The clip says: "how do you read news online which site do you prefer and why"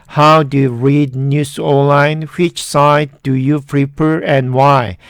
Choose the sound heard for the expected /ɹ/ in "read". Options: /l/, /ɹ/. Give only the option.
/ɹ/